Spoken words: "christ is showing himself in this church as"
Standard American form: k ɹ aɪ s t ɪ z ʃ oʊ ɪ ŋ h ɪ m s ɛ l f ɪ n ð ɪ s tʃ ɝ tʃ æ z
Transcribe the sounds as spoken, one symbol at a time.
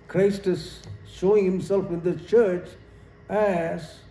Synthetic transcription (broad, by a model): k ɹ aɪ s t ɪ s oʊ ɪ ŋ h ɪ m s ɛ l f ɪ n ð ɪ tʃ ɝ tʃ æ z